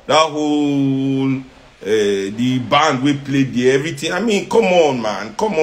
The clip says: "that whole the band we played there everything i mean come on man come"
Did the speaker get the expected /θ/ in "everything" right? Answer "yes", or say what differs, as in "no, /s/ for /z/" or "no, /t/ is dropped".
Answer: no, /t/ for /θ/